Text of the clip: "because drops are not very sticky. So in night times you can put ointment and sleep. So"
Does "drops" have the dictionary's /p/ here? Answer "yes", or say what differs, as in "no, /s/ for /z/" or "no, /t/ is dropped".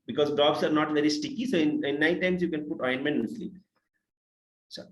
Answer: no, /b/ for /p/